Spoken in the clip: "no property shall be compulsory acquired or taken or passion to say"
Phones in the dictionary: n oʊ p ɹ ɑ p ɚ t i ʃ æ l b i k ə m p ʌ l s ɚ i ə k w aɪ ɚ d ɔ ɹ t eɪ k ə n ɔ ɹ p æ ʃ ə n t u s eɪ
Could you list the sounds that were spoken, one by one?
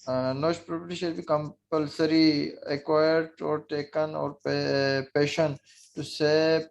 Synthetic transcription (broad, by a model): n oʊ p ɹ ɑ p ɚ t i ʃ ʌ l b i k ə m p ʌ l s ɚ i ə k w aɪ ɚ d ɔ ɹ t eɪ k ə n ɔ ɹ p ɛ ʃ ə n t u s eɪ